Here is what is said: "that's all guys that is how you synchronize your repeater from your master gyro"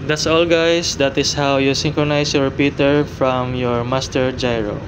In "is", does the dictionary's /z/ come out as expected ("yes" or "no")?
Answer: no